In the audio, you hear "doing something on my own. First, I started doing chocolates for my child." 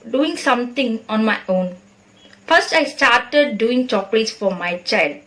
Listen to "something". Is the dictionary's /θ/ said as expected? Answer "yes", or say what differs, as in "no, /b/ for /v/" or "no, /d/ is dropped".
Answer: no, /t/ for /θ/